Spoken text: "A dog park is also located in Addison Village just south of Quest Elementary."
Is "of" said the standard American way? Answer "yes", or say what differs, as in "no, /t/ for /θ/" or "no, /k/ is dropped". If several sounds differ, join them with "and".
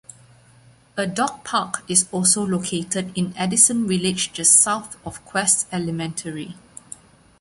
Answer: no, /f/ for /v/